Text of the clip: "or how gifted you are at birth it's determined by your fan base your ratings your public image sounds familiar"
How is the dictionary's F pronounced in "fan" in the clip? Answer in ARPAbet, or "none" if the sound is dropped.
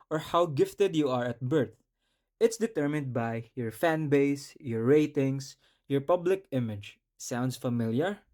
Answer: F